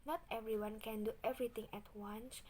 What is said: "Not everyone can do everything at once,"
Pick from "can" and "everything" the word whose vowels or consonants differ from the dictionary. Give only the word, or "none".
everything